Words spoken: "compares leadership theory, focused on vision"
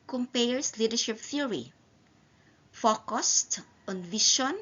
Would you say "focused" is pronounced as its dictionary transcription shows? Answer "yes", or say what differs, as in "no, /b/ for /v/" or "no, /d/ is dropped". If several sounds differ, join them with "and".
yes